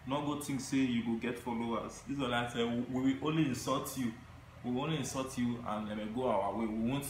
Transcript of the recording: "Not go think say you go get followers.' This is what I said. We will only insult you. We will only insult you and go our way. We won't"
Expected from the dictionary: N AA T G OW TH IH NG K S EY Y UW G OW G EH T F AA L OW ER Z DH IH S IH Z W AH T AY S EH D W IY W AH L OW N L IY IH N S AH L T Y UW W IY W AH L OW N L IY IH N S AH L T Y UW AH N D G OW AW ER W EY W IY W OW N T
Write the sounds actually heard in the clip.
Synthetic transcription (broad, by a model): N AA G OW T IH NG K S EY Y UW G OW G EH T F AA L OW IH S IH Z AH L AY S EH W IY W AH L OW N L IY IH N S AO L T Y UW W IY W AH OW N L IY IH N S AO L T Y UW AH N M G OW AW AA W EY W IY W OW N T